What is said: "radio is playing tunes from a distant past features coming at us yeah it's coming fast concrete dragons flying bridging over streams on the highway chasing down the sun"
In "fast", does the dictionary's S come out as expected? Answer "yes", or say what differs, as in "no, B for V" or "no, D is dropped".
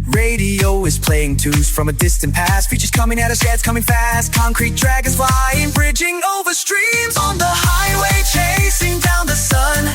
yes